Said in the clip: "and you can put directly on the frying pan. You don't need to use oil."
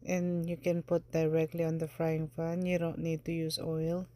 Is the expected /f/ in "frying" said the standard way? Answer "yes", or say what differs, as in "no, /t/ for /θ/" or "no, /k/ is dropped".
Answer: yes